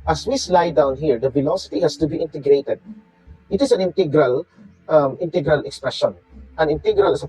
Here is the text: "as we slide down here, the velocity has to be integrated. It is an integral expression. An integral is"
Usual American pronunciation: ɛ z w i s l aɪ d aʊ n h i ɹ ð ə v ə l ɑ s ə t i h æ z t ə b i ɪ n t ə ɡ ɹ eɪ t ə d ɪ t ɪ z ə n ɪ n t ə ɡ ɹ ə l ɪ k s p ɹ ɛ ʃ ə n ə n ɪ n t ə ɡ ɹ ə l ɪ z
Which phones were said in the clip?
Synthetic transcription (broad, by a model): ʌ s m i s l aɪ d aʊ n h i ɹ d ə f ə l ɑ s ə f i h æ s t ə b i ɪ n t ə ɡ ɹ eɪ t ə d ɪ t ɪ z ə n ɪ n t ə ɡ ɹ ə l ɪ k s p ɹ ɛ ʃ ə n ə n ɪ n t ə ɡ ɹ ə l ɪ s